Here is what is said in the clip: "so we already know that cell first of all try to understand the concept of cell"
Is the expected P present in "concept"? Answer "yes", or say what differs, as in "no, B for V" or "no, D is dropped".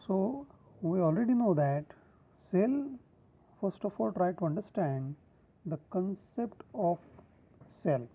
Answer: yes